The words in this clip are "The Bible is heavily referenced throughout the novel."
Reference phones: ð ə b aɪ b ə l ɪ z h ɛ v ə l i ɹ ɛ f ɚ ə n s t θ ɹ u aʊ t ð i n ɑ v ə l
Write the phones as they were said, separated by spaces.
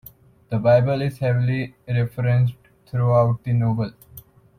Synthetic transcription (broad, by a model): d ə b aɪ b ə l ɪ z h ɛ v ə l i ɹ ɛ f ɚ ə n s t t ɹ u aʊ t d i n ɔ b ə l